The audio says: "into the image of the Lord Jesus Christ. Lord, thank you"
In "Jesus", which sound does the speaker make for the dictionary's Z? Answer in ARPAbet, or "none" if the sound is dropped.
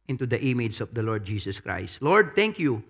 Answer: S